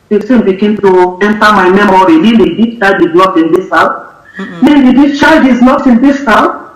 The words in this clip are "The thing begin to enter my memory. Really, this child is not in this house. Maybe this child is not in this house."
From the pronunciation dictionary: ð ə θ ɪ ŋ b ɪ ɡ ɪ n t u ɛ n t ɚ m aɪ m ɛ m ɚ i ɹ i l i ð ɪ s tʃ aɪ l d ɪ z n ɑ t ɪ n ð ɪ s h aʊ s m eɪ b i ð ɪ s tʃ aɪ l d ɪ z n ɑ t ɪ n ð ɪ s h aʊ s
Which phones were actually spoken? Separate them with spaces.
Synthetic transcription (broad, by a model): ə s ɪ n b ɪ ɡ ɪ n t u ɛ n t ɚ m aɪ m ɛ m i ɹ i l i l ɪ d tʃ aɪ d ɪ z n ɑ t ɪ n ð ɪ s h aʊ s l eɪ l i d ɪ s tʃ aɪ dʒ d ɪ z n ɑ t ɪ n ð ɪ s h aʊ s